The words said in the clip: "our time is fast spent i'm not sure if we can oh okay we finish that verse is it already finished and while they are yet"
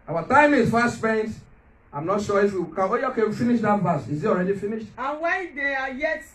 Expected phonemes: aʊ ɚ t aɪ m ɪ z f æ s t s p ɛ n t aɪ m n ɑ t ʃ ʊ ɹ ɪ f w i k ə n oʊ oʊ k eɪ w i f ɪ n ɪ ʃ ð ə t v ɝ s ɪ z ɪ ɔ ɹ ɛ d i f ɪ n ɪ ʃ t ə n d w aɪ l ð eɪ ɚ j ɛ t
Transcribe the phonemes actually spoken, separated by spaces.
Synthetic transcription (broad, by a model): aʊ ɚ t aɪ m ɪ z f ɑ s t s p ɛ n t aɪ m n ɑ t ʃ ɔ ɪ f w i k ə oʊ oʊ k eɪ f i n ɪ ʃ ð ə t b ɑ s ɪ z ɪ ɔ ɹ ɛ d i f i n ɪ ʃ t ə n w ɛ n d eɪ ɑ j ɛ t